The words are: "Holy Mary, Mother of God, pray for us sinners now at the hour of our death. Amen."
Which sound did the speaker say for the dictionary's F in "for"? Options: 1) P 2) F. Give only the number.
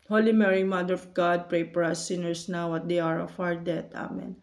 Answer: 1